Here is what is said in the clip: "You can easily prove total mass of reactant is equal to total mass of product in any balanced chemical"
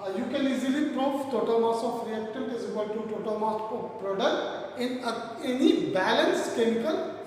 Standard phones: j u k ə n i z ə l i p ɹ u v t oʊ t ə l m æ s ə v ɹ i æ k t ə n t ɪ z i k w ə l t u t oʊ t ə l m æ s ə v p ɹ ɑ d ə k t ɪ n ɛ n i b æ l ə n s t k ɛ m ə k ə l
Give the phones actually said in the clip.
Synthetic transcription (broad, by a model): j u k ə l i z ə l i p ɹ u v t oʊ t ə l m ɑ s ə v ɹ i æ k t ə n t ɪ z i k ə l t u t oʊ t ə l m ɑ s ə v p ɹ ɑ d ə k t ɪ n ɛ n i b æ l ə n s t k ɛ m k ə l